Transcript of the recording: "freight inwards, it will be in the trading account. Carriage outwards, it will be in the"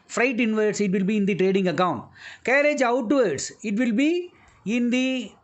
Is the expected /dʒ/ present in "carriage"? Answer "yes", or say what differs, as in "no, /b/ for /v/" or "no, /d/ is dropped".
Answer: yes